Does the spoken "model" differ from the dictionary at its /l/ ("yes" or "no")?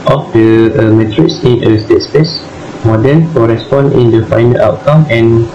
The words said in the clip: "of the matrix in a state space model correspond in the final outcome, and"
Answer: yes